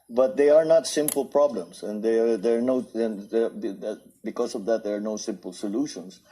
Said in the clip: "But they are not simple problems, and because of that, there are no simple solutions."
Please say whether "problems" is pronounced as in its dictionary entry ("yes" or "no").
no